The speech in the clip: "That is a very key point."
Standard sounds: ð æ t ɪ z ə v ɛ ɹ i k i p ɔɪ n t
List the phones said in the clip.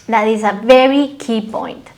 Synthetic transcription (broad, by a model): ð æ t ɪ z ə v ɛ ɹ i k i p ɔɪ n t